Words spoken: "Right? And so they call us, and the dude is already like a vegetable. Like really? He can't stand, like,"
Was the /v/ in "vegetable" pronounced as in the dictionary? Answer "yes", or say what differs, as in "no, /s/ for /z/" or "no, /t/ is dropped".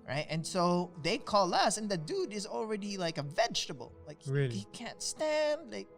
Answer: yes